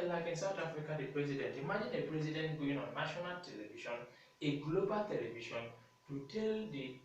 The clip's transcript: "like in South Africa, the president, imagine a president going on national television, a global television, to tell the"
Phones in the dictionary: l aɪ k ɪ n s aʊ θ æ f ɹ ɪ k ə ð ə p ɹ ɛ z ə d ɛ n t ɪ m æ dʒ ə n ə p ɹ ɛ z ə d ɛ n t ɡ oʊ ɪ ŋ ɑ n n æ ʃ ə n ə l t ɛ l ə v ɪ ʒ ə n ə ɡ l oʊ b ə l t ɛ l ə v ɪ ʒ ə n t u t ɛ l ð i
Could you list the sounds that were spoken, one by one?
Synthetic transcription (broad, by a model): l aɪ k ɪ n s aʊ t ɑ f ɹ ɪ k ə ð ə p ɹ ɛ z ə d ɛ n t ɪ m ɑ dʒ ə n ə p ɹ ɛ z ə d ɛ n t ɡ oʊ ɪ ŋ ɑ n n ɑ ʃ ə n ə l t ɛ l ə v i ʃ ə n ə ɡ l oʊ b ə l t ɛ l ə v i ʃ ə n t u t ɛ l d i